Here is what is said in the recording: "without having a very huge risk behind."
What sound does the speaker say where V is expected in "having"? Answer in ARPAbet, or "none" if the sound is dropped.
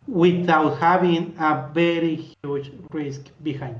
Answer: B